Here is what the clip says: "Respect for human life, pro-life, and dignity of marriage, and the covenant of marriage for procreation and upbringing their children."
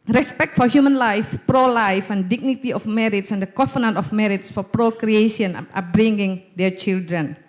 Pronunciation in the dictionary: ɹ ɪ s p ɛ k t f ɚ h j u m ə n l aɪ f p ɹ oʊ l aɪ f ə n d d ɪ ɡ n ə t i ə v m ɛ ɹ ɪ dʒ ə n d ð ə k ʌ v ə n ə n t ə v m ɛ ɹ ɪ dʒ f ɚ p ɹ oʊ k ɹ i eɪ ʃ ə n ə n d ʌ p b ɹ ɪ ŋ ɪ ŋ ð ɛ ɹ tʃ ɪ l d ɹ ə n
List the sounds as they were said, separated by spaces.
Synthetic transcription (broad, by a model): ɹ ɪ s p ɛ k t f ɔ h j u m ə n l aɪ f p ɹ oʊ l aɪ f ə n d d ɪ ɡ n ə t i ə f m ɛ ɹ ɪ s ə n d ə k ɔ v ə n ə n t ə f m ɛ ɹ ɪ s f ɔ p ɹ oʊ k ɹ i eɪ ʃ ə ə n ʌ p b ɹ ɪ ŋ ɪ ŋ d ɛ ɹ tʃ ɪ l d ɹ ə n